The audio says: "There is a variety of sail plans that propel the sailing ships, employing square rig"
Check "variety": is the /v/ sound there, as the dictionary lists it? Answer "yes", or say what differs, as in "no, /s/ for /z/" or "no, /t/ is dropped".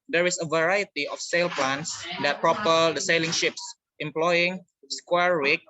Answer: yes